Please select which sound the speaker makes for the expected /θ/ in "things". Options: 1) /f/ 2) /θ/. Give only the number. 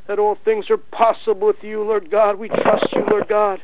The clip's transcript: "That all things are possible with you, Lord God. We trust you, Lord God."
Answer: 2